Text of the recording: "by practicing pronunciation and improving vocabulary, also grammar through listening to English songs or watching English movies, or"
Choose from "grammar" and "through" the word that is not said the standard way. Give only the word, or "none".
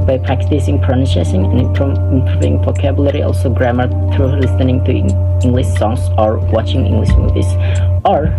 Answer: none